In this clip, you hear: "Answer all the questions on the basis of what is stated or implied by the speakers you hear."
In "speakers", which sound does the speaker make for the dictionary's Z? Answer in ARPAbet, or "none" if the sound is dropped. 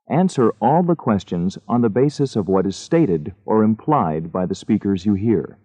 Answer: Z